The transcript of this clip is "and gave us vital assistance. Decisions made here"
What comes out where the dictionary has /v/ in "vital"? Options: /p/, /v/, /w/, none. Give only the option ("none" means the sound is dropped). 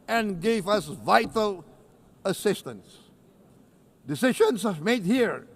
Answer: /v/